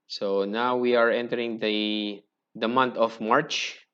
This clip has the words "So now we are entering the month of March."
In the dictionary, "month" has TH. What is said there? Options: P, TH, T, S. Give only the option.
T